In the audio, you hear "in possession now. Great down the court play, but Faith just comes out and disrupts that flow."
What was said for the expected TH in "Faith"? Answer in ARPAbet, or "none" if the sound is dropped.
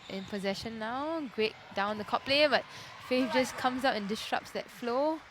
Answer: F